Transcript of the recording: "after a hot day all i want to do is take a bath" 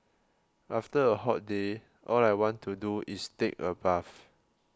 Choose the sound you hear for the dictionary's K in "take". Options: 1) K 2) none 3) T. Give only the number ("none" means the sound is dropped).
1